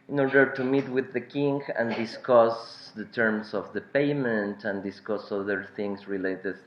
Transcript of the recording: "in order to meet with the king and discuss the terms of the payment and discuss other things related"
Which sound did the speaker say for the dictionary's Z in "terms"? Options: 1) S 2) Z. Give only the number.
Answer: 1